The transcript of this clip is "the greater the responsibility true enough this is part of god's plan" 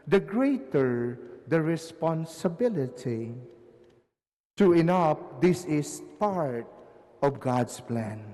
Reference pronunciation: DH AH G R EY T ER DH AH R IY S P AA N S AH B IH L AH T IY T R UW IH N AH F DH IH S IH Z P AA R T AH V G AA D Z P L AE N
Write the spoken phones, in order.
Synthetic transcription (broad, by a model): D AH G R EY T ER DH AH R IY S P AA N S AH B IH L AH T IY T UW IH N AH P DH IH S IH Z P AA R T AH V G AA D S P L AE N